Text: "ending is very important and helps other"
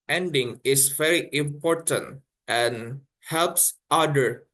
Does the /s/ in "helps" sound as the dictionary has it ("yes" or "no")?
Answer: yes